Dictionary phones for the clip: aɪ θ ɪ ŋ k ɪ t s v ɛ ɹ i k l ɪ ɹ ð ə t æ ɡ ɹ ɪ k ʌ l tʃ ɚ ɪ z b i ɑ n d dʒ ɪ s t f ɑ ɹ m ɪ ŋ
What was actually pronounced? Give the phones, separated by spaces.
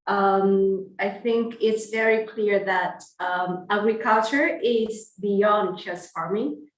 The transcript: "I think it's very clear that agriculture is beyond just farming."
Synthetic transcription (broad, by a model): aɪ θ ɪ ŋ k ɪ t s v ɛ ɹ i k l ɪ ɹ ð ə t æ ɡ ɹ ɪ k ʌ l tʃ ɚ ɪ z b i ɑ n d tʃ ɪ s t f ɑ ɹ m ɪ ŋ